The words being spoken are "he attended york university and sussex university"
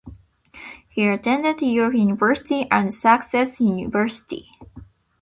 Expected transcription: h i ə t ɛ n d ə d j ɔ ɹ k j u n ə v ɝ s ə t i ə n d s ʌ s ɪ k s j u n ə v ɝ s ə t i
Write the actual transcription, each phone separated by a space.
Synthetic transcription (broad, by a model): h i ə t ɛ n d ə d j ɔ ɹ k j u n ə v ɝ s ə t i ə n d s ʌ s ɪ s j u n ə v ɝ s ə t i